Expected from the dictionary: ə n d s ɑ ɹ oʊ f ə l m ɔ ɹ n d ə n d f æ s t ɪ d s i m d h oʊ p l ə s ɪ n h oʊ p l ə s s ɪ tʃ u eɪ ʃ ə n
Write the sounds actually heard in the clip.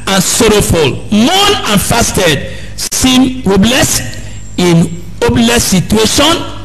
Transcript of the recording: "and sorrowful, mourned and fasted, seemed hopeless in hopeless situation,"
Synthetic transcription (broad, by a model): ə n s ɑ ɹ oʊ f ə l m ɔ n ə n f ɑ s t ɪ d s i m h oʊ b l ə s ɪ n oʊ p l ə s s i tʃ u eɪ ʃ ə n